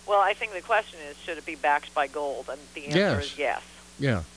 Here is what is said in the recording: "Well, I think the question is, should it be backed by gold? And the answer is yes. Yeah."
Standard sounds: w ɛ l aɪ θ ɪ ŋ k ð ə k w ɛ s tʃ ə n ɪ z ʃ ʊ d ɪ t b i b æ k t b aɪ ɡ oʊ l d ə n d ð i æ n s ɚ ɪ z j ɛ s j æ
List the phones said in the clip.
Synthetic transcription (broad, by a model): w ɛ l aɪ θ ɪ ŋ k ð ə k w ɛ s tʃ ə n ɪ z ʃ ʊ d ɪ t b i b æ k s b aɪ ɡ oʊ l d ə n ð i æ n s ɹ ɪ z j ɛ s j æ